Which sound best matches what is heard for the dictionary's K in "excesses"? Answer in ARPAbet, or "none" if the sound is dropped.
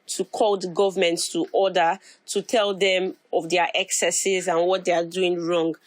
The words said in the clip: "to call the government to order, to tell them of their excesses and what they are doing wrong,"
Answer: K